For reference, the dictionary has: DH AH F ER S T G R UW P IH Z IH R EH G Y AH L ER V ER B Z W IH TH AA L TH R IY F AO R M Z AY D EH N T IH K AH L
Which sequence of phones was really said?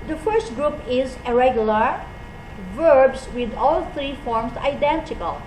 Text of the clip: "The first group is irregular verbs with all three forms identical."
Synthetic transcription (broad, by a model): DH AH F ER S T G R UW P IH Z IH R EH G Y L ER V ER B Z W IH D AA L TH R IY F AO R M S AY D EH N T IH K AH L